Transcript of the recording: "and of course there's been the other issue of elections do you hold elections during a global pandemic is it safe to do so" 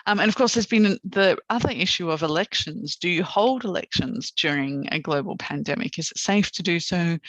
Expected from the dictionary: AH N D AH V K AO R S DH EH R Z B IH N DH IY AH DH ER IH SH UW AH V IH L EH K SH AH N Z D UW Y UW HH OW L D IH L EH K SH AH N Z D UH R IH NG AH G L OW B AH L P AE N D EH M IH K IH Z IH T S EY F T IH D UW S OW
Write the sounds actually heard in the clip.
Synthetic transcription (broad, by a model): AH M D AH V K AO R S DH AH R Z B IH N DH IY AH DH ER IH SH UW AH V IH L EH K SH AH N Z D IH Y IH HH OW L D IH L EH K SH AH N Z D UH R IH NG AH G L OW B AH L P AE N D EH M IH K IH Z IH T S EY F T IH D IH S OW